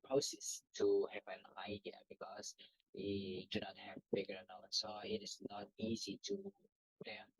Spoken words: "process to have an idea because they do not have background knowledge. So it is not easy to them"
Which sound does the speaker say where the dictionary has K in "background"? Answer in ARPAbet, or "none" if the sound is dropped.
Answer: none